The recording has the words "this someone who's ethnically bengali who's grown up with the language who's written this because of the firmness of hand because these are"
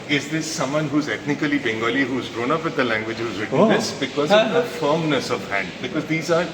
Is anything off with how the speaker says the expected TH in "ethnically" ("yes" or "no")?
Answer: yes